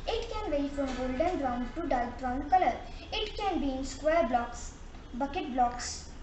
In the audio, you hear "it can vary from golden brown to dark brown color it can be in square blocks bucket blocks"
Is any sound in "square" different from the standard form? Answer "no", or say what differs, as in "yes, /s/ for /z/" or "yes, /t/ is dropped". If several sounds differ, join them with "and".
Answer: no